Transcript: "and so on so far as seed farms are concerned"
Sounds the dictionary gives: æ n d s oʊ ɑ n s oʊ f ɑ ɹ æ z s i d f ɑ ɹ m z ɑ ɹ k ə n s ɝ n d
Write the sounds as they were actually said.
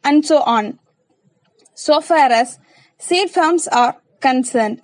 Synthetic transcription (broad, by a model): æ n d s oʊ ɑ n s oʊ f ɑ ɹ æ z s i d f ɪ l m s ɑ ɹ k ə n s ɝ n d